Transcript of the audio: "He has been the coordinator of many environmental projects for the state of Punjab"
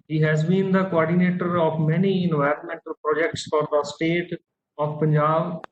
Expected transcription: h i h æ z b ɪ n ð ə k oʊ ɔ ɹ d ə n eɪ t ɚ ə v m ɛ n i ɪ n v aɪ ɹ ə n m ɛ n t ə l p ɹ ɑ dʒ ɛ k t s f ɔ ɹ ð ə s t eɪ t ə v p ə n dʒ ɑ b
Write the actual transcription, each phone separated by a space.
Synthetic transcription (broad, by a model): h i h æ z b ɪ n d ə k oʊ ɔ ɹ d ə n eɪ t ɚ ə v m ɛ n i ɪ n v aɪ ɹ ə n m ɛ n t ə l p ɹ ɑ dʒ ɛ k t s f ɔ ɹ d ə s t eɪ t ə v p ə n dʒ ɑ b